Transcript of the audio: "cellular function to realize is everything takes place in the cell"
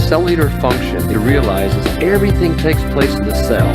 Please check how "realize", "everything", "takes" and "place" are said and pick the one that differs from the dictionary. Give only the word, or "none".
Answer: none